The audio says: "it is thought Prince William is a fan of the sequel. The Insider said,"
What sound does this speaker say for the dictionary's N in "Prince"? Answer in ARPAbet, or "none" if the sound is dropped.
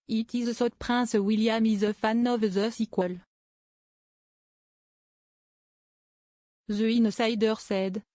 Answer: none